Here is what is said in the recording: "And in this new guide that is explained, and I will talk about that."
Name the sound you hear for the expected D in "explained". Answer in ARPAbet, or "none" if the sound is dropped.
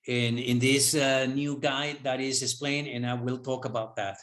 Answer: none